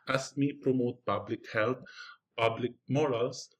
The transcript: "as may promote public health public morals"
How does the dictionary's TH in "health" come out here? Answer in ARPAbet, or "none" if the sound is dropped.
T